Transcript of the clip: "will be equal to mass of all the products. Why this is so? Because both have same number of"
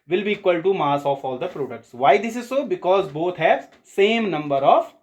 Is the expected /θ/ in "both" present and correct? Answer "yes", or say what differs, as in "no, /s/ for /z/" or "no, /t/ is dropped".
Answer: no, /t/ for /θ/